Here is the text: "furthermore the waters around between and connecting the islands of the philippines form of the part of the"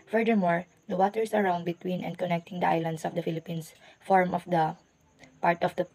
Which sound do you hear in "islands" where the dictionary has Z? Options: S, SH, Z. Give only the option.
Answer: S